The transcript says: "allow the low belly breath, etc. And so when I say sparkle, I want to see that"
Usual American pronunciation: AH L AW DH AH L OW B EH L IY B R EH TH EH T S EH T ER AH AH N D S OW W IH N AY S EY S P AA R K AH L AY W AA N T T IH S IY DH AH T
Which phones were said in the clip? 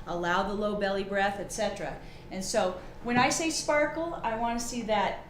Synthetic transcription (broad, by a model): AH L AW DH AH L OW B EH L IY B R EH TH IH T S EH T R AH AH N S OW W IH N AY S EY S P AA R K L AY W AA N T T IH S IY DH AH T